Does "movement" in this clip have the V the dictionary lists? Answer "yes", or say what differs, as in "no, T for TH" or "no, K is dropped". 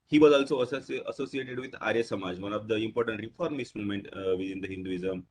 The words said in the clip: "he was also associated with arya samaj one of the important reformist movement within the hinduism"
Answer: no, V is dropped